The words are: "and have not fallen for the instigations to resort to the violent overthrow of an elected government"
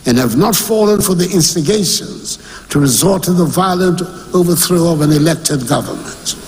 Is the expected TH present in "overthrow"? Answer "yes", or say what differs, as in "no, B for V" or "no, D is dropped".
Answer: yes